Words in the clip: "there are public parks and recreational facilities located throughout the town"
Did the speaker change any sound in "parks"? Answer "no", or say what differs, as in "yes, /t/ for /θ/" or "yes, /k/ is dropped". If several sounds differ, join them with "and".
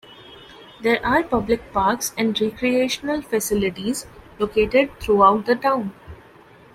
no